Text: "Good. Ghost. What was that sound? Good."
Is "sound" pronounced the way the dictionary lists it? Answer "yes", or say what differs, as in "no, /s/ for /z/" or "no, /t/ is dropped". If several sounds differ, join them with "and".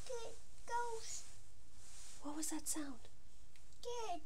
yes